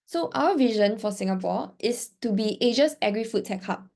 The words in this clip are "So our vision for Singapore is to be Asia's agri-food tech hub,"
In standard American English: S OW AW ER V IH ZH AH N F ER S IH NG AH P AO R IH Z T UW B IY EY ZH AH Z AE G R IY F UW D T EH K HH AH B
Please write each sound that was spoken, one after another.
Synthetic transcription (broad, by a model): S OW AW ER V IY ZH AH N F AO S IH NG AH P AO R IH S T UW B IY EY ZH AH S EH G R IY F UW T T EH K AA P